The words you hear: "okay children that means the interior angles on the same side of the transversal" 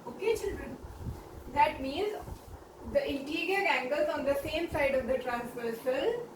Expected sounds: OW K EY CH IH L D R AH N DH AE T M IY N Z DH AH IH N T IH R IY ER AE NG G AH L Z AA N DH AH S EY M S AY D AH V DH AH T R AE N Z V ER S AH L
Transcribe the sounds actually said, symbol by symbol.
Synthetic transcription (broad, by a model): OW K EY CH IH L D R AH N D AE T M IY N Z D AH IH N T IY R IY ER AE NG G AH L Z AA N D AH S EY M S AY D AH V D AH T R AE N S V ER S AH L